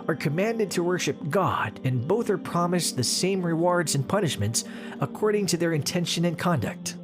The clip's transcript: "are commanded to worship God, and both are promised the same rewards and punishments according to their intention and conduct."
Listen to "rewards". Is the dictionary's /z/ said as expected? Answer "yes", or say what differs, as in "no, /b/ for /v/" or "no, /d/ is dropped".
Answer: yes